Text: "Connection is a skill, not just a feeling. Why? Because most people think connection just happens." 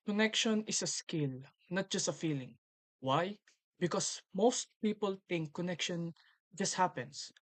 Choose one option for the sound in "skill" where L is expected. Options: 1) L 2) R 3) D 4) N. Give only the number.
1